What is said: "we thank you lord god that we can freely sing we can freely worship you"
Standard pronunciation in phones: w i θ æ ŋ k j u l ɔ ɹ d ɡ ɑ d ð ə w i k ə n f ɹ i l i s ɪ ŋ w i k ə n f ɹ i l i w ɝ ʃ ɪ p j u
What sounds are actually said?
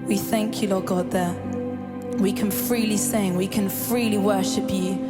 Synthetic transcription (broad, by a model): w i θ æ ŋ k j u l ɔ ɡ ɑ d ð ə w i k ə n f ɹ i l i s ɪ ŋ w i k ə n f ɹ i l i w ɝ ʃ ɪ p j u